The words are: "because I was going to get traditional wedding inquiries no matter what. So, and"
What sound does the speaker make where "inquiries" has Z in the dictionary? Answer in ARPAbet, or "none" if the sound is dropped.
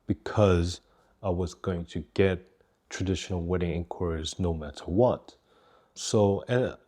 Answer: Z